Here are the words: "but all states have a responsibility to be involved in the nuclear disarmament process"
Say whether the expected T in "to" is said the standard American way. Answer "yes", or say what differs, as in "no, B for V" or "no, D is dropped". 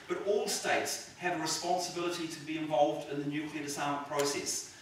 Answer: yes